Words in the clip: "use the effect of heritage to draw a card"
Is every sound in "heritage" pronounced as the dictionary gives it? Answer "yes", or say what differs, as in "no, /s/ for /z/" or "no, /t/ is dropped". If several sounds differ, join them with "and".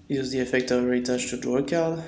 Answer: no, /tʃ/ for /dʒ/